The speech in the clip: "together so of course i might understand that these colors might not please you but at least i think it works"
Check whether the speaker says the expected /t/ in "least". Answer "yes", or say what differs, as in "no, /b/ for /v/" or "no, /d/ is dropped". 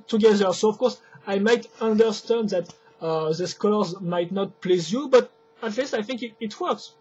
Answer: yes